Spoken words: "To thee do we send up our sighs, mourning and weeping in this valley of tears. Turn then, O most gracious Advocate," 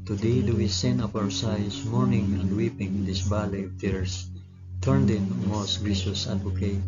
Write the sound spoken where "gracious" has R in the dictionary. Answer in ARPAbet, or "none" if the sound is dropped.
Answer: none